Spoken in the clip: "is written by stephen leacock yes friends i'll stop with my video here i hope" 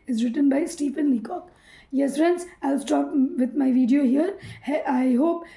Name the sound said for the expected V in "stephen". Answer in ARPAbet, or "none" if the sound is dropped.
P